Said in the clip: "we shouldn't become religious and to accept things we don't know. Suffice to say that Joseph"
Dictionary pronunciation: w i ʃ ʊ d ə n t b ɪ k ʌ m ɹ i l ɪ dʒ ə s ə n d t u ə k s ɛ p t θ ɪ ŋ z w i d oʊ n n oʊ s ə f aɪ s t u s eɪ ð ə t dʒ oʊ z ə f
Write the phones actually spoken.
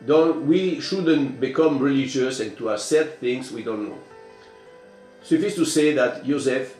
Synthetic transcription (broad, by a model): w i ʃ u d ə n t b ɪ k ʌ m ɹ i l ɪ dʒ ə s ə n t u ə s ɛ t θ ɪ ŋ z w i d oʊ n n oʊ s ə f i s t u s eɪ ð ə t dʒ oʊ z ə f